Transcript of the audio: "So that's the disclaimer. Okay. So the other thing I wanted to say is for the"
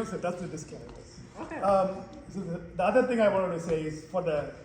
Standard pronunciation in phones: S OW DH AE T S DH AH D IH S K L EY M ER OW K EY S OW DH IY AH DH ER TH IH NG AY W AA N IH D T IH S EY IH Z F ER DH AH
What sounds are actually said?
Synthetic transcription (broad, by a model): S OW DH AE T S DH AH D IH S K EY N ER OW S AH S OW DH IY AH DH ER TH IH NG AY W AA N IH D T IH S EY IH Z F ER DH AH